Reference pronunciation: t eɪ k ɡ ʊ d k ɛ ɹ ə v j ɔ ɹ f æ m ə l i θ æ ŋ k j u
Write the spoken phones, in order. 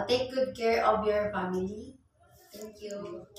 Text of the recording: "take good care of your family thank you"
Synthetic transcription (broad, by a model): t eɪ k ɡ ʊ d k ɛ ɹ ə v j ɔ ɹ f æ m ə l i t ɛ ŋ k j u